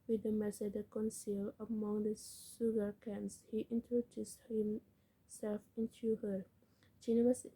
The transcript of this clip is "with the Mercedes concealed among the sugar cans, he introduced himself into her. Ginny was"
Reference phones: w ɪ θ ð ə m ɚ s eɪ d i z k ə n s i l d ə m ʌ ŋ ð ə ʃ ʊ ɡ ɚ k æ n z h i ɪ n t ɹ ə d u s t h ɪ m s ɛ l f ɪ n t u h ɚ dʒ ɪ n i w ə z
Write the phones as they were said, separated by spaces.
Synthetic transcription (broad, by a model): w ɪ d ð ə m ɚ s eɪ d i k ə n s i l ə m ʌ ŋ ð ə s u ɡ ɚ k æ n s h i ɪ n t ɹ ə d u s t h ɪ m s ɛ l f ɪ n t u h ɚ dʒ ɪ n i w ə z